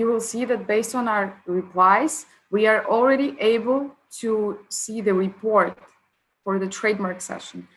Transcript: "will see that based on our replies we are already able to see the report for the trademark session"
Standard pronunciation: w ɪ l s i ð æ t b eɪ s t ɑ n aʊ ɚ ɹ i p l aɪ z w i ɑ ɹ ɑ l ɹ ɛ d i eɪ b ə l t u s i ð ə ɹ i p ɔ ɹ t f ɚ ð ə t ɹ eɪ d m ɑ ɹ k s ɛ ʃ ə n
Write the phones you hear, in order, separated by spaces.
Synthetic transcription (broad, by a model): w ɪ l s i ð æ t b eɪ s t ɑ n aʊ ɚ ɹ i p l aɪ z w i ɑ ɹ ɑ l ɹ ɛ d i eɪ b ə l t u s i ð ə ɹ i p ɔ ɹ t f ɚ ð ə t ɹ eɪ d m ɑ ɹ k s ɛ ʃ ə n